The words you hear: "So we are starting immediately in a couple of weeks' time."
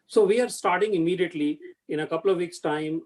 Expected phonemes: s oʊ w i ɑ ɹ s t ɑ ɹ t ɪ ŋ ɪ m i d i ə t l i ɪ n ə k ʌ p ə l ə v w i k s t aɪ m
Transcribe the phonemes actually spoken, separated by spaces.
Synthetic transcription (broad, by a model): s oʊ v i ɑ ɹ s t ɑ ɹ t ɪ ŋ ɪ m i d i ə t l i ɪ n ə k ʌ p ə l ə v i k s t aɪ m